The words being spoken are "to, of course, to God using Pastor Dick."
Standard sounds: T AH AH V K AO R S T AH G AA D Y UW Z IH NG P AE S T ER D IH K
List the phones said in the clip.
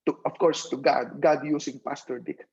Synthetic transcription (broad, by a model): T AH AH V K AO R S T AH G AA D Y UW S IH NG P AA S T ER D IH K